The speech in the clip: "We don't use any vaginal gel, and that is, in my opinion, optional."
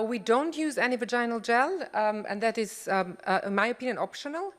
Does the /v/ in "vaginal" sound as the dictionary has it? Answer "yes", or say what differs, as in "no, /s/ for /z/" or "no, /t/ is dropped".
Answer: yes